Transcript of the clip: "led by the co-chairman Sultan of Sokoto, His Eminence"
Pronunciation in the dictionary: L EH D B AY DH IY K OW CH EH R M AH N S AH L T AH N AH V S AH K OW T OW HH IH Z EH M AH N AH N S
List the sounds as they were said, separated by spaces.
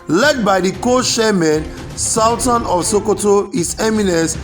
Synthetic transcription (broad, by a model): L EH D B AY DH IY K OW SH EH M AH N S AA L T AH N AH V S AH K OW T OW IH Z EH M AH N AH N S